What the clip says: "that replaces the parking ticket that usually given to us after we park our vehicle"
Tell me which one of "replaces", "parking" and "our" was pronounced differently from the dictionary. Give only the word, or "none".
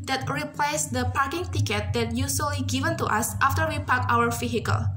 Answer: replaces